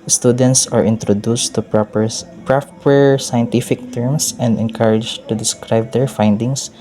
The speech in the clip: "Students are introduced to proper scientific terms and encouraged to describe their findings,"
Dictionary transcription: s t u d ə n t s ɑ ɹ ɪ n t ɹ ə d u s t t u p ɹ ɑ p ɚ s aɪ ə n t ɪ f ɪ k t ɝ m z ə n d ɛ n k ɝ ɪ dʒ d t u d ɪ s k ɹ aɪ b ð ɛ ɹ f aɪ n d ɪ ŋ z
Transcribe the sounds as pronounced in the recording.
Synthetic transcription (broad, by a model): s t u d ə n t s ɑ ɹ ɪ n t ɹ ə d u s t t u p ɹ ɑ p ɚ s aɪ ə n t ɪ f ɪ k t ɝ m s ə n d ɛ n k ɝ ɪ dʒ t u d ɪ s k ɹ aɪ b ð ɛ ɹ f aɪ n d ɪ ŋ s